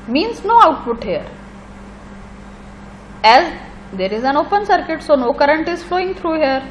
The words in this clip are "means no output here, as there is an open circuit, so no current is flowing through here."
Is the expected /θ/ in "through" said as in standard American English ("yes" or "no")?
no